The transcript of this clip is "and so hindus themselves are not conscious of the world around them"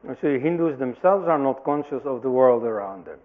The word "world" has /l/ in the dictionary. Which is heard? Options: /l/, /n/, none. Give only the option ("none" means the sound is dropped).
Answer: /l/